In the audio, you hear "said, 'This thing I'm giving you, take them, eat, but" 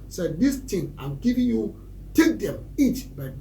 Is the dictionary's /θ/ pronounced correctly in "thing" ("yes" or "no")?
no